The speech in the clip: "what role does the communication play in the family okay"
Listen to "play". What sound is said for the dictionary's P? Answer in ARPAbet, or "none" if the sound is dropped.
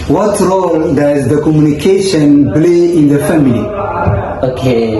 B